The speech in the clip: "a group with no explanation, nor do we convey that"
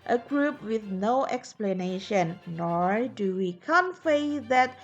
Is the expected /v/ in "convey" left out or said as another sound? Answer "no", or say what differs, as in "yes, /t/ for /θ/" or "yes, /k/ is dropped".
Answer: yes, /f/ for /v/